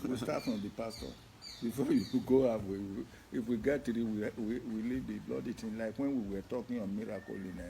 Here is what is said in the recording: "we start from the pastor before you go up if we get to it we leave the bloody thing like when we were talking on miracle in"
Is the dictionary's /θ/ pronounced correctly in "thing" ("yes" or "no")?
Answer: no